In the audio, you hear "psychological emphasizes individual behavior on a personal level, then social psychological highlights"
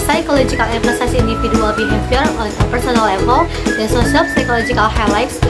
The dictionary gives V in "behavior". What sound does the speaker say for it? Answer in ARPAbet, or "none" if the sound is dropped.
P